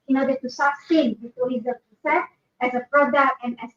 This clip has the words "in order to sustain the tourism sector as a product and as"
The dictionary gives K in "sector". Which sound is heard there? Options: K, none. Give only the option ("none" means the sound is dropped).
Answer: none